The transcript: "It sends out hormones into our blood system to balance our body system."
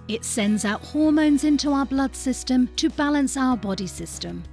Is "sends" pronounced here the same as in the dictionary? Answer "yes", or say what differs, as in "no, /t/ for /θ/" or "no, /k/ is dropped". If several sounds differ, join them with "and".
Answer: yes